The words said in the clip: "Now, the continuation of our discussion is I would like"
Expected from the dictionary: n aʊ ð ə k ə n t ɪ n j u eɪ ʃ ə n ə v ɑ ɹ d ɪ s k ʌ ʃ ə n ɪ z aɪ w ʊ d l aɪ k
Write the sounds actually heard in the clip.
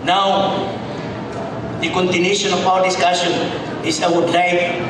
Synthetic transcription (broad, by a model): n aʊ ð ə k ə n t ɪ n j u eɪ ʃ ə n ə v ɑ w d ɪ s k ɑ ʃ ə n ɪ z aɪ w ʊ d l aɪ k